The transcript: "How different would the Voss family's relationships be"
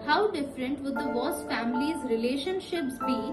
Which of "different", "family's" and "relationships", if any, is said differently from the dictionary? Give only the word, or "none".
none